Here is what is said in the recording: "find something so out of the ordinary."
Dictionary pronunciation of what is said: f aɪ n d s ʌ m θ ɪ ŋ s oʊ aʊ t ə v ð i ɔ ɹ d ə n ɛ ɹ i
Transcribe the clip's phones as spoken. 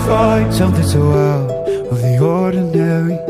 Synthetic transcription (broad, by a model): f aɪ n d s ʌ m θ ɪ ŋ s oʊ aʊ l ə v ð i ɔ ɹ d n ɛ ɹ i